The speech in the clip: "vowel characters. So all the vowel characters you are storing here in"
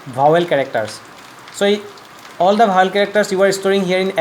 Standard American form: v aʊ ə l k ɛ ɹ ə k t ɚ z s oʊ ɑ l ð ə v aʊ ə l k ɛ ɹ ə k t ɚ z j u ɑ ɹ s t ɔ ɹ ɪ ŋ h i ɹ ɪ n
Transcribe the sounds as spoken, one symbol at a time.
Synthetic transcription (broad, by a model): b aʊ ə l k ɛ ɹ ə k t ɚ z s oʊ ɑ l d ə b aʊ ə l k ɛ ɹ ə k t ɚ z j u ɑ ɹ s t ɔ ɹ ɪ ŋ h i ɹ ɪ n